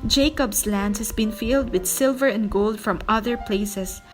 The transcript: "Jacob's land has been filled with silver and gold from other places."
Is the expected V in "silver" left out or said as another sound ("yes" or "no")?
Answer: no